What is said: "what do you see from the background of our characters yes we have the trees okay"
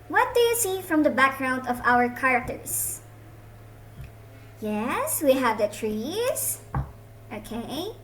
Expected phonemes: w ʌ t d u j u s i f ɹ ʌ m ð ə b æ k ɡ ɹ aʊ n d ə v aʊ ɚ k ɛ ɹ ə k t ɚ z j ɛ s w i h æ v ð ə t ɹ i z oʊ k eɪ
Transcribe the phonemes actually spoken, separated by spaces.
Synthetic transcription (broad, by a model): w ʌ t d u j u s i f ɹ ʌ m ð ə b æ k ɡ ɹ aʊ n d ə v aʊ ɚ k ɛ ɹ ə k t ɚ s j ɛ s w i h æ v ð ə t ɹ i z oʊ k eɪ